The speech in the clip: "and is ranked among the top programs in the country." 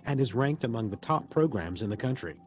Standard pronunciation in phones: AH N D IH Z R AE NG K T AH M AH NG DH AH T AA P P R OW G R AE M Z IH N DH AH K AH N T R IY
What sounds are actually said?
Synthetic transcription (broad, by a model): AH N IH Z R AE NG K T AH M AH NG DH AH T AA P P R OW G R AE M Z IH N DH AH K AH N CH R IY